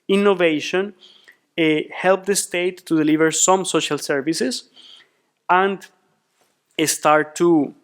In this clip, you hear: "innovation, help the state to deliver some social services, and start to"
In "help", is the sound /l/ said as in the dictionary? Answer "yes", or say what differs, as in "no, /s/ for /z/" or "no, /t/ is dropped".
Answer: yes